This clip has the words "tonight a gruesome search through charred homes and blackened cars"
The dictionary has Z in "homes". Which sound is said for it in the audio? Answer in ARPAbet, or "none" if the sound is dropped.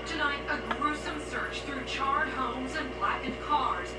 Z